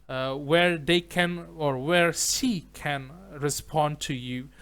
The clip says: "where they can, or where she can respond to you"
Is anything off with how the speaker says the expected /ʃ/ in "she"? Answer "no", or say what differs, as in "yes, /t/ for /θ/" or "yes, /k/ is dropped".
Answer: yes, /s/ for /ʃ/